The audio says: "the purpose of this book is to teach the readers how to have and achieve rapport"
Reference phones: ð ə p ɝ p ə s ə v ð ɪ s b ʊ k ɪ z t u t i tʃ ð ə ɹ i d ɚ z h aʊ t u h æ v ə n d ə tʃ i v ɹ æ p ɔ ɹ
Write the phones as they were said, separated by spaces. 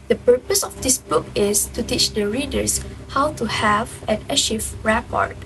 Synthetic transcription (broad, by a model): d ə p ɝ p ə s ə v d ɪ s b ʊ k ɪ s t u t i tʃ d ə ɹ i d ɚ s h aʊ t u h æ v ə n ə ʃ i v ɹ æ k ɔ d